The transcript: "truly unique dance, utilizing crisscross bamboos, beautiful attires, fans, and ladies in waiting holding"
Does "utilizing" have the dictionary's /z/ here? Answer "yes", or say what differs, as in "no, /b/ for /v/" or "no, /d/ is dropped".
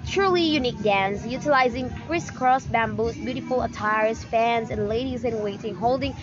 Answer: yes